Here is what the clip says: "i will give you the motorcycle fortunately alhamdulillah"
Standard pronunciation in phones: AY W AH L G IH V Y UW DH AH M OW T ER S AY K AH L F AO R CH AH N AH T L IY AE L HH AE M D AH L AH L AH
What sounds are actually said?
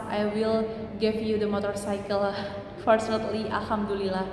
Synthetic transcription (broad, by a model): AY W AH L G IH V Y UW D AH M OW T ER S AY K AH L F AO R S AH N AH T L IY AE L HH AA M D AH L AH L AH